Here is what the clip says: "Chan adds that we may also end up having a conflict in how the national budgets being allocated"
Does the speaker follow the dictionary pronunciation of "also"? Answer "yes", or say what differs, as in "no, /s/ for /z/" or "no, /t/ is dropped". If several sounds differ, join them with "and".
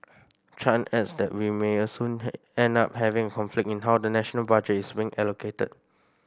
no, /l/ is dropped